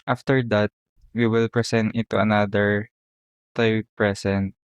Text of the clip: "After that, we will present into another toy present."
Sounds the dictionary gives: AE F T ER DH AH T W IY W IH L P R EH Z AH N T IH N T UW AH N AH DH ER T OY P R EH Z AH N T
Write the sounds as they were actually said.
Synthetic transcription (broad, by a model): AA F T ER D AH T W IY W IH L P R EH S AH N T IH T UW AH N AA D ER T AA P R EH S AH N T